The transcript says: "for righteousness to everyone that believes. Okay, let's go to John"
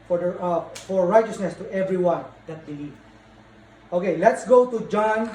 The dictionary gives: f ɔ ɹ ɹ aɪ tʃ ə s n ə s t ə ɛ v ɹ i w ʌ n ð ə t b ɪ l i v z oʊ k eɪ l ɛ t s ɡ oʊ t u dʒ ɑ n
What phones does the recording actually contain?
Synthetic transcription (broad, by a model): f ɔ ɹ ɹ aɪ tʃ ə s n ə s t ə ɛ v ɹ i w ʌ n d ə t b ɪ l i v oʊ k eɪ l ɛ t s ɡ oʊ t u dʒ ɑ n